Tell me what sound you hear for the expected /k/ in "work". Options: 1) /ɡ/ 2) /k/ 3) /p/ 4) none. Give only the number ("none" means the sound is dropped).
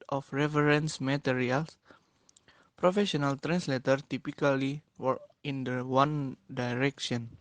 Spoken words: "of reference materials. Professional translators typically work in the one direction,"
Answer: 4